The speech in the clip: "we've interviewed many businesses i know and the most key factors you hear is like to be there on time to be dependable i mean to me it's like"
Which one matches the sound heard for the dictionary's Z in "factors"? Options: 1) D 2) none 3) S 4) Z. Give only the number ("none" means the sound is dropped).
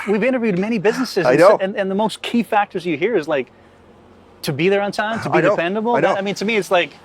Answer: 4